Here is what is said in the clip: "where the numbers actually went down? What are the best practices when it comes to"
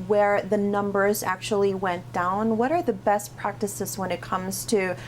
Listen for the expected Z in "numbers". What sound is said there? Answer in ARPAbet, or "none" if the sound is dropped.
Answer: Z